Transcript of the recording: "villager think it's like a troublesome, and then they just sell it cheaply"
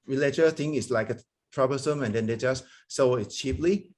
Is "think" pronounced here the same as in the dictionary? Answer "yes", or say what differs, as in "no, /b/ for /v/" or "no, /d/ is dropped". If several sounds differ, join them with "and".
no, /k/ is dropped